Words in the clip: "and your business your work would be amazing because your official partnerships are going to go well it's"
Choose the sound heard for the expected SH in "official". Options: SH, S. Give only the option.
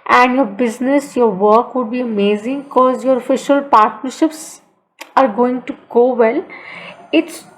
SH